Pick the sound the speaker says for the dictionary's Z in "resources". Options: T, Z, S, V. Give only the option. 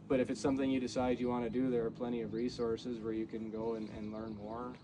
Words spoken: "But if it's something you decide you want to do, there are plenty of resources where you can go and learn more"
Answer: Z